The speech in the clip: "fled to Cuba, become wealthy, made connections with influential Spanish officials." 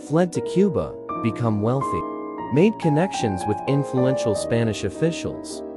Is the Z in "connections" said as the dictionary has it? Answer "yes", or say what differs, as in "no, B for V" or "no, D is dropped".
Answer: yes